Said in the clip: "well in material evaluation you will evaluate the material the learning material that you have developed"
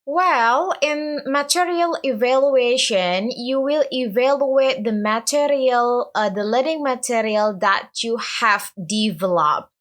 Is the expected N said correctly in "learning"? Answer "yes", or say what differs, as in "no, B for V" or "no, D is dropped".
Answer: no, N is dropped